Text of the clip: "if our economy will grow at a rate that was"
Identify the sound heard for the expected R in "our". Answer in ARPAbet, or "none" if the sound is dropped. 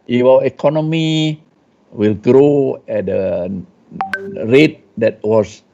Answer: W